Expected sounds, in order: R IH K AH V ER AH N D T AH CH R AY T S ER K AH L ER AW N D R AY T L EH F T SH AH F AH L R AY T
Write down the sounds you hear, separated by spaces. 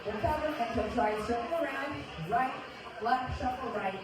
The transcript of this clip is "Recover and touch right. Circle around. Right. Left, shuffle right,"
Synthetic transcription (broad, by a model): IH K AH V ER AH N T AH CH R AY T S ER AH ER AW N D R AY T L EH T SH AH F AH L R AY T